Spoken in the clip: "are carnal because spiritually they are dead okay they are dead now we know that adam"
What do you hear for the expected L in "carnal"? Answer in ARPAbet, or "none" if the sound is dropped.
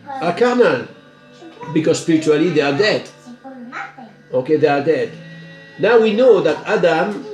N